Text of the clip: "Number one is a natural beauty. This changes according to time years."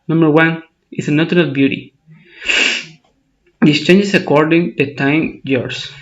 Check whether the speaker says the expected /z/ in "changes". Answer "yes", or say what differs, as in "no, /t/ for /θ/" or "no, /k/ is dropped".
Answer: no, /s/ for /z/